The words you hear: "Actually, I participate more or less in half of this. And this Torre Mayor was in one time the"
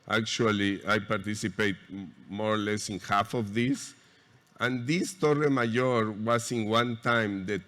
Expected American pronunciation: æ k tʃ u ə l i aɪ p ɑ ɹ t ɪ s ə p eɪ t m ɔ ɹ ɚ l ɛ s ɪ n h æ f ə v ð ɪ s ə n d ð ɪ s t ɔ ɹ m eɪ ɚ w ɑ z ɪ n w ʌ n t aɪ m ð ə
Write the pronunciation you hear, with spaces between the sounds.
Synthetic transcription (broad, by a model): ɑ k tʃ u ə l i aɪ p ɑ ɹ t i s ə p eɪ t m ɔ ɹ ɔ l ɛ s ɪ n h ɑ f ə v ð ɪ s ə n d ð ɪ s t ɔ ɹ m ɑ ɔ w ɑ s ɪ n w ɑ n t aɪ m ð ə